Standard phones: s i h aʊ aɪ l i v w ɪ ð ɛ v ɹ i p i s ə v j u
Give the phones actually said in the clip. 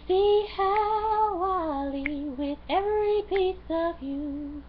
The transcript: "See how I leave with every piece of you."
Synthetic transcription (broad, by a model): s i h aʊ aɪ l i w ɪ ð ɛ v ɹ i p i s ə v j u